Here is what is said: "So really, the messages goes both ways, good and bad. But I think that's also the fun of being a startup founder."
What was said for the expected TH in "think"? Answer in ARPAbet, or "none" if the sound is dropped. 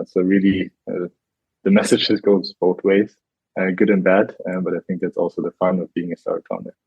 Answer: TH